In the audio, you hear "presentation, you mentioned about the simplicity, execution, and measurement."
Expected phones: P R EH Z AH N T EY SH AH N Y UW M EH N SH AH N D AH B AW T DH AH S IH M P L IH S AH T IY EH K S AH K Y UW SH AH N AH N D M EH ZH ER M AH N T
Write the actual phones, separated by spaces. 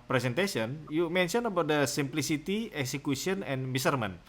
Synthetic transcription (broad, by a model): P R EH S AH N T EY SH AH N Y UW M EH N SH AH N AH B AW T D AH S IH M P L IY S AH T IY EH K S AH K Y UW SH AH N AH N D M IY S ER M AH N